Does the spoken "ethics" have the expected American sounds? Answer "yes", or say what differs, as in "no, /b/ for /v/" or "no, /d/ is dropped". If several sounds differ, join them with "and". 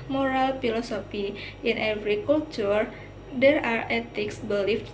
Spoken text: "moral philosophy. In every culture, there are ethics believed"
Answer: no, /t/ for /θ/